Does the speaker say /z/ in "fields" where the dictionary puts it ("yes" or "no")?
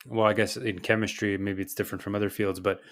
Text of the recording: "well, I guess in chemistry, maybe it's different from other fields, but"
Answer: yes